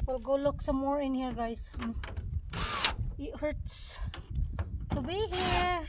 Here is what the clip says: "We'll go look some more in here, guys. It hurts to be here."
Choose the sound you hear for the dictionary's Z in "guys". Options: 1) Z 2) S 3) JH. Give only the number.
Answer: 2